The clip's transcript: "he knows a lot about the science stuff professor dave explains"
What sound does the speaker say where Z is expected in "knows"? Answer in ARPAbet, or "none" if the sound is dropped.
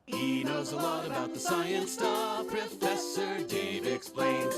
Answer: Z